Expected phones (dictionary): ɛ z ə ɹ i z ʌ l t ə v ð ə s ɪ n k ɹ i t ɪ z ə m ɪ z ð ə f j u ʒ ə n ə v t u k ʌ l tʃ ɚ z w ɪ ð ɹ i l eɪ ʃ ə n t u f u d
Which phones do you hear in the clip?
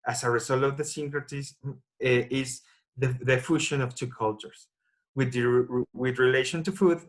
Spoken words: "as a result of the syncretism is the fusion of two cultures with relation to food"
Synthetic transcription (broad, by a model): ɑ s ə ɹ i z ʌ l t ə v ð ə s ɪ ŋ k ɹ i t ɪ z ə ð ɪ ð ə f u ʃ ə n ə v t u k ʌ l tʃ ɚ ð w ɪ ð ɹ i l eɪ ʃ ə n t u f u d